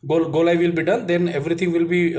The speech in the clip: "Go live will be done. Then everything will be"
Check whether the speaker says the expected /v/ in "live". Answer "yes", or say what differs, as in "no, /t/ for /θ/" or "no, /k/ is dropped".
yes